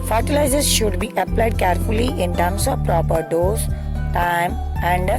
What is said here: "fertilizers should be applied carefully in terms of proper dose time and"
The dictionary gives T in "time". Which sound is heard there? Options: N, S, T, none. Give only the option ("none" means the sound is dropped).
T